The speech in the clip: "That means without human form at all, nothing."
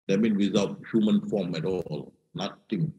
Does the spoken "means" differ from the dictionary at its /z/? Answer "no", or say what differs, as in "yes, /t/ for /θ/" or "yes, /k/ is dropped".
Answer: yes, /z/ is dropped